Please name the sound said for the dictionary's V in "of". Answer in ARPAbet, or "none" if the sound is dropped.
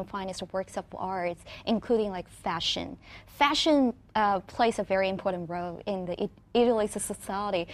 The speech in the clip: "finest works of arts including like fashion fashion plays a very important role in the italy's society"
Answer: P